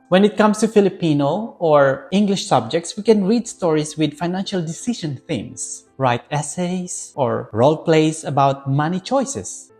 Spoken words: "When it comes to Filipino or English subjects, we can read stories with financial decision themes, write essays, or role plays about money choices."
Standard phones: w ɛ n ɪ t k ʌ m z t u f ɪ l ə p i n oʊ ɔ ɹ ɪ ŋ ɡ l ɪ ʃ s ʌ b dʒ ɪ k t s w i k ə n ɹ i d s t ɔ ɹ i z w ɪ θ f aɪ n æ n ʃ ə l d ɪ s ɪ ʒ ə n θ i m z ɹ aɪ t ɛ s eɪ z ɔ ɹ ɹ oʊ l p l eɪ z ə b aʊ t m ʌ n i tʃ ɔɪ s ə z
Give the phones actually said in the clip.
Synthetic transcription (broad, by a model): w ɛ n ɪ t k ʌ m s t u f ɪ l ə p i n oʊ ɔ ɹ ɪ ŋ ɡ l ɪ ʃ s ʌ b dʒ ɪ k t s w i k ə n ɹ i d s t ɔ ɹ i s w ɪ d f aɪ n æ n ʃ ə l d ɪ s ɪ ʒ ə n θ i m s ɹ aɪ t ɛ s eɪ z ɔ ɹ ɹ oʊ l p l eɪ s ə b aʊ t m ʌ n i tʃ ɔɪ s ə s